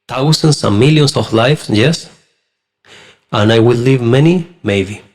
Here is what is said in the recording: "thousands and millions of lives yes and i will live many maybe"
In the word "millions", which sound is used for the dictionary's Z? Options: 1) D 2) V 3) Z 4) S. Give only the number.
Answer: 4